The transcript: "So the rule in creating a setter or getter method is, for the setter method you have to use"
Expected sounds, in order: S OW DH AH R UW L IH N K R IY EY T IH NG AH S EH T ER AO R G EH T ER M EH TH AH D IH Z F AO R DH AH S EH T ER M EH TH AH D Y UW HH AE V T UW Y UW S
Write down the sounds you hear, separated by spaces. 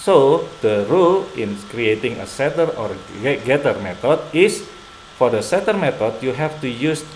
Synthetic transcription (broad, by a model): S OW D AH R UW L IH N K R IY EY T IH NG AH S EH T ER AO R G EH T ER M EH T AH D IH S F AO R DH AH S EH T ER M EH T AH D Y UW HH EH F T UW Y UW S